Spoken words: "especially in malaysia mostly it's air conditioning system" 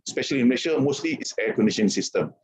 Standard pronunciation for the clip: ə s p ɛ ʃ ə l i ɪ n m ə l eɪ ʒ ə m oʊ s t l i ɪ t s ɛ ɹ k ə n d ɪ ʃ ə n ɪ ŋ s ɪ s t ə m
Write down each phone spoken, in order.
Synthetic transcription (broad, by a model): s p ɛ ʃ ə l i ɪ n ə n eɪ ʃ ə m oʊ s t l i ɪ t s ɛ k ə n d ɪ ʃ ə n s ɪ s t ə m